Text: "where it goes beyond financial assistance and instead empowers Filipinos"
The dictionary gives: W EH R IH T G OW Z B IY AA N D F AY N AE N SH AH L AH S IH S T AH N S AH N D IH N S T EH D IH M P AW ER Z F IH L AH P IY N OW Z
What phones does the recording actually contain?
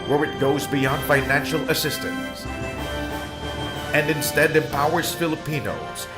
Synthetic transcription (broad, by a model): W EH R IH T G OW Z B IY AA N D F AY N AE N SH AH L AH S IH S T AH N S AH N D IH N S T EH D IH M P AW ER Z F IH L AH P IY N OW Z